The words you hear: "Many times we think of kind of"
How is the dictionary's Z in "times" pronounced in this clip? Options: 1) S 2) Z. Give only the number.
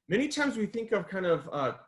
2